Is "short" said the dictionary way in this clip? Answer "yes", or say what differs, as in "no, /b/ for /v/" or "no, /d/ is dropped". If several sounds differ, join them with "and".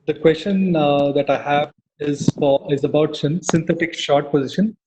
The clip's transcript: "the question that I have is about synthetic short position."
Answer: yes